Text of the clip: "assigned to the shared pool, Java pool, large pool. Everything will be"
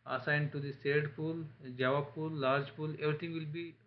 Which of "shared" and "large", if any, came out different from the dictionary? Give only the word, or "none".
shared